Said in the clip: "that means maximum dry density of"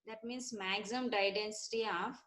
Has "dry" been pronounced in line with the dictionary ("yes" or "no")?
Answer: no